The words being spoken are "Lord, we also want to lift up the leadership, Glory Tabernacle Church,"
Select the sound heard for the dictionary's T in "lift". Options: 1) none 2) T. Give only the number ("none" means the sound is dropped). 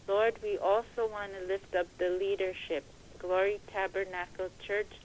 2